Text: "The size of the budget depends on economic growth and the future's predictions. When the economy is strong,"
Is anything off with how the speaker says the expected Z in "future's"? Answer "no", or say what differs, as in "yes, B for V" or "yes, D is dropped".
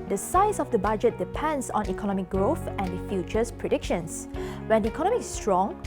yes, S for Z